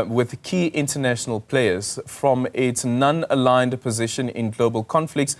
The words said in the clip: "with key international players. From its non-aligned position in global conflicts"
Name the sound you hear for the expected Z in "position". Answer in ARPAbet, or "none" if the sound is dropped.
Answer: Z